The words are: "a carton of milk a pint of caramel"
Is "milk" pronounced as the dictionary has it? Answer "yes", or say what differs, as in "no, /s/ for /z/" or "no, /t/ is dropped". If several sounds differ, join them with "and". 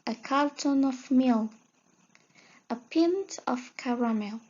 no, /k/ is dropped